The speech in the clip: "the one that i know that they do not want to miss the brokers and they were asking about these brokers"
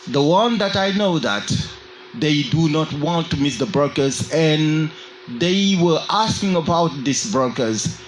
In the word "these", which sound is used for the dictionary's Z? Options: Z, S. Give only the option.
S